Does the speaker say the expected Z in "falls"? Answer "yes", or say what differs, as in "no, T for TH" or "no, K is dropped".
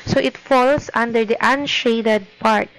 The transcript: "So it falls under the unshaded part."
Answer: no, S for Z